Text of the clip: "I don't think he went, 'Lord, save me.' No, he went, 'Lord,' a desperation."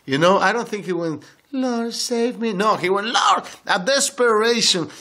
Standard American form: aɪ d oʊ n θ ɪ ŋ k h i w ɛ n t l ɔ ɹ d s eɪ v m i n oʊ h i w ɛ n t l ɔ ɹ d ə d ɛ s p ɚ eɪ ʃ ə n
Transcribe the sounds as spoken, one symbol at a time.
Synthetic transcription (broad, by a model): aɪ d oʊ n θ ɪ ŋ k h i w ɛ n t l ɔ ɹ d s eɪ v m i n oʊ h i w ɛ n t l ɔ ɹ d ə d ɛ s p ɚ eɪ ʃ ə n